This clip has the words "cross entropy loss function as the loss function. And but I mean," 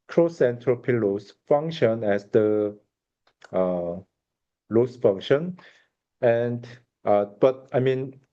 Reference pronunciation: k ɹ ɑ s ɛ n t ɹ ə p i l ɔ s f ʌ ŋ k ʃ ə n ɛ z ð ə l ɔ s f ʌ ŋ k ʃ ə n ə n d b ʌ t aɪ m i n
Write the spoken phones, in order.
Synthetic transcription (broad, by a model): k ɹ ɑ s ɛ n t ɹ ə p i l ɔ s f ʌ ŋ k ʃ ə n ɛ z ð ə l ɔ s f ʌ ŋ k ʃ ə n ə n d b ʌ t aɪ m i n